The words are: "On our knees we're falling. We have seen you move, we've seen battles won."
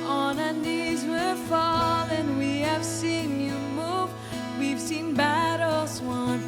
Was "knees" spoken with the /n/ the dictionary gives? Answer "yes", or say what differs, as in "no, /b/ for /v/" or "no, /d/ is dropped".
yes